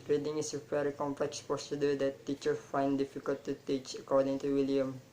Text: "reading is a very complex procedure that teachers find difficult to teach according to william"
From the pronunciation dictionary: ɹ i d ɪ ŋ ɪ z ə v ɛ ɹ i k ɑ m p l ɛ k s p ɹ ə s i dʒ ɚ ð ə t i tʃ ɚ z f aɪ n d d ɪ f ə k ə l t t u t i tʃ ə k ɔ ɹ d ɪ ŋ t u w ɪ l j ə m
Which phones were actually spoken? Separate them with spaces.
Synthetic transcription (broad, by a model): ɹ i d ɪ ŋ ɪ s ə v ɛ ɹ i k ɑ m p l ɛ k s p ə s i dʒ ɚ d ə t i tʃ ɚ f aɪ n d d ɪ f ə k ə l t t u t i tʃ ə k ɔ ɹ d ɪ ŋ t u w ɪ l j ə m